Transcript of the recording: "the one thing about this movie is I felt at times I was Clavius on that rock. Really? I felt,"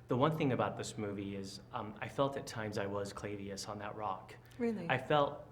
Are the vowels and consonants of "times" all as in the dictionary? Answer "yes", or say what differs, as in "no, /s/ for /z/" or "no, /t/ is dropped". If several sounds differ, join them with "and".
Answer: yes